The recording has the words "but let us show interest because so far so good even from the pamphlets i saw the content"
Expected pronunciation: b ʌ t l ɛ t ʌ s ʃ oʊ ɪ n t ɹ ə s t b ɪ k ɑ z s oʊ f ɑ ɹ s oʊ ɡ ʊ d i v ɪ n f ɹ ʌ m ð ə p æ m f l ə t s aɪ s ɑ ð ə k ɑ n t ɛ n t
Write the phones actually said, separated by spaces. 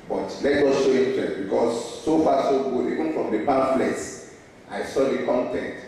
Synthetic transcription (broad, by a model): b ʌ t l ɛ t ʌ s ʃ oʊ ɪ t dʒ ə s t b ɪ k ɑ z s oʊ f ɑ s oʊ ɡ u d i v ɪ n f ɹ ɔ m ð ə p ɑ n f l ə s aɪ s ɑ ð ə k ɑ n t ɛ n t